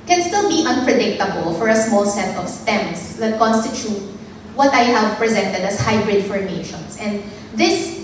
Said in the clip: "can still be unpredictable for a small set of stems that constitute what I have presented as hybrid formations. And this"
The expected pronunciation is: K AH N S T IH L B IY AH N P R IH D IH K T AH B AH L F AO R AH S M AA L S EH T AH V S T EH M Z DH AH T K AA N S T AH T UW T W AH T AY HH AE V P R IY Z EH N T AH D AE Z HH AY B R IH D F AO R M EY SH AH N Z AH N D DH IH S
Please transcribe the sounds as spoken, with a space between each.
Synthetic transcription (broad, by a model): K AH N S T IH L B IY AH N P R IH D IH K T AH B AH L F AO R AH S M AA L S EH T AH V S T EH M S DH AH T K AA N S T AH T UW T W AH T AY HH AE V P R IY Z EH N T AH D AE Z HH AY B R IH D F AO R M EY SH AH N S AH N D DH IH S